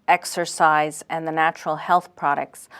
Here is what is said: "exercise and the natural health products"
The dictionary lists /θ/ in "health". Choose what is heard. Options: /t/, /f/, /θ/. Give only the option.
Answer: /θ/